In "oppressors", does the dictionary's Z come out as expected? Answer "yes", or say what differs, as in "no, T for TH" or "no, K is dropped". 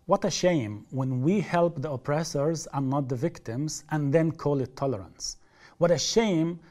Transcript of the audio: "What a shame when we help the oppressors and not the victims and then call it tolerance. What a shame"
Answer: yes